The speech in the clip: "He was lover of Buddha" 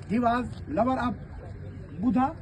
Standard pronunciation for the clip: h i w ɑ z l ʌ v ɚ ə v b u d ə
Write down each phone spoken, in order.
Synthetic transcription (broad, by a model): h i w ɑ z l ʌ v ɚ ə p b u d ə